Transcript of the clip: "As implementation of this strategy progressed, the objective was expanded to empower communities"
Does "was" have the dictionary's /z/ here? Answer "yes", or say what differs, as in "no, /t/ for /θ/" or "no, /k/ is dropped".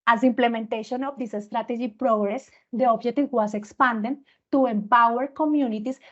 no, /s/ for /z/